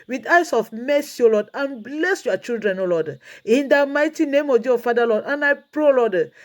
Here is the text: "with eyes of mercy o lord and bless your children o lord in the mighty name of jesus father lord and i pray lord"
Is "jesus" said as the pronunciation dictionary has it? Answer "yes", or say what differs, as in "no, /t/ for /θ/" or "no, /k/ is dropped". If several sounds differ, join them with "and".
no, /s/ is dropped